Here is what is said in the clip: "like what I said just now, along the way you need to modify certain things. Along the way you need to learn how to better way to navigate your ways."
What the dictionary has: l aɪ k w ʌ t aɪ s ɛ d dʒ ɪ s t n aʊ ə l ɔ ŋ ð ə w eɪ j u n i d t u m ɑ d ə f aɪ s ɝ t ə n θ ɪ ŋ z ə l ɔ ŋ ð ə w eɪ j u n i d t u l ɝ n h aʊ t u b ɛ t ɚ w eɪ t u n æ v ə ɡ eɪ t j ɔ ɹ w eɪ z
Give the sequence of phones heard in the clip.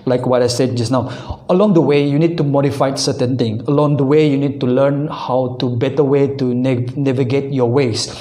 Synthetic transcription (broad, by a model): l aɪ k w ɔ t aɪ s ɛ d dʒ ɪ s n aʊ ə l ɔ ŋ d ə w eɪ j u n i d t u m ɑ d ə f aɪ s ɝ t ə n t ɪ ŋ ə l ɔ ŋ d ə w eɪ j u n i d t u l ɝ n h aʊ t u b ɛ t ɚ w eɪ t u n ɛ v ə ɡ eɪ t j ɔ w eɪ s